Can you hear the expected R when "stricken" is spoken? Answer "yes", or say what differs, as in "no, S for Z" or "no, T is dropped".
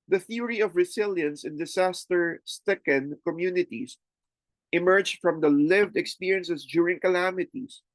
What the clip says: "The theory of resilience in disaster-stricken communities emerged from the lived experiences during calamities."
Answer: no, R is dropped